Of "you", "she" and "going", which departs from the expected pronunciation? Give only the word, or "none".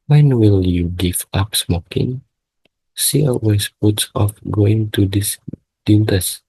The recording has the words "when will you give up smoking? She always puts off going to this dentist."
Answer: she